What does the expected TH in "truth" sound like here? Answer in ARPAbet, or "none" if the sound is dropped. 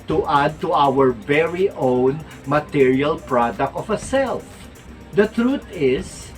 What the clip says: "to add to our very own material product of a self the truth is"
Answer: T